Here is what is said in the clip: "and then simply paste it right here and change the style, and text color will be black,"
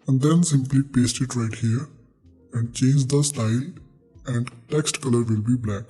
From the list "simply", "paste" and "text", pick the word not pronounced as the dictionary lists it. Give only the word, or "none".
none